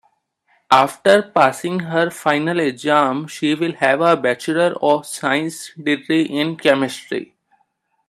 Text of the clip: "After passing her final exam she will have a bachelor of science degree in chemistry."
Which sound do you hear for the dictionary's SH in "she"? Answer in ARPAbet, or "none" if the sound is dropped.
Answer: SH